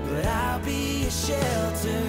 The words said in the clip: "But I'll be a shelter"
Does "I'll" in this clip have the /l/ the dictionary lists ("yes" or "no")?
yes